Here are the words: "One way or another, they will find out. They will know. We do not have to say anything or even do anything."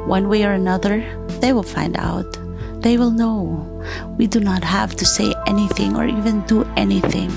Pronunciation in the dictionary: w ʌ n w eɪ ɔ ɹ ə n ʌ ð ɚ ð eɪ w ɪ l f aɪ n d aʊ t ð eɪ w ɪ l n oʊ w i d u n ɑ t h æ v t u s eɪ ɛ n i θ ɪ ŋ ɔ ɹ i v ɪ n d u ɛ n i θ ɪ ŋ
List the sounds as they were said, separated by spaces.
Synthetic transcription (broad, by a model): w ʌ n w eɪ ɔ ɹ ə n ʌ ð ɚ ð eɪ w ɪ l f aɪ n d aʊ t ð eɪ w ɪ l n oʊ w i d u n ɑ t h æ v t u s eɪ ɛ n i θ ɪ ŋ ɔ ɹ i v ɪ n d u ɛ n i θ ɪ ŋ